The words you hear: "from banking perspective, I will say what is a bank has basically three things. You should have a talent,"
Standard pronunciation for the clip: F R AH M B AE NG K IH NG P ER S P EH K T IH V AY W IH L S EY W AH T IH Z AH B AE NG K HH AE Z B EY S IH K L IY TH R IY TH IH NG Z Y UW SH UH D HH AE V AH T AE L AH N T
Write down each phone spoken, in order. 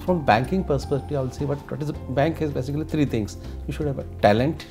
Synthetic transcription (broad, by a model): F R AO M B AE NG K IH NG P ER S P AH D T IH AY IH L S EY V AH T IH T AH B AE NG K HH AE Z B EY S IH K L IY T R IY T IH NG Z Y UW SH UH D HH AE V AH T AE L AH N T